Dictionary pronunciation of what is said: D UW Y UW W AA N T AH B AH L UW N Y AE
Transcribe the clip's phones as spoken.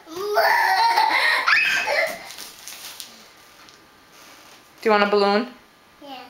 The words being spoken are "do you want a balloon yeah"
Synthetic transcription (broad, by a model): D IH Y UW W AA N AH B AH L UW N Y